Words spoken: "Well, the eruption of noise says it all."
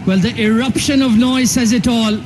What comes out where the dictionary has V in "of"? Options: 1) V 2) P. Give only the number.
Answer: 1